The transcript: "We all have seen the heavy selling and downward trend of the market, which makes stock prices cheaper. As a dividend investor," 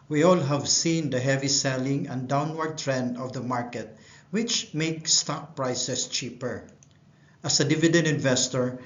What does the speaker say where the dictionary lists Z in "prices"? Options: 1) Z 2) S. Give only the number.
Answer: 2